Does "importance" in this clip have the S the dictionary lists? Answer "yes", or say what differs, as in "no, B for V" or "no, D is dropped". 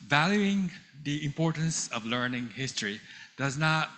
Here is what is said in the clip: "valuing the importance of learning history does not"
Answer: yes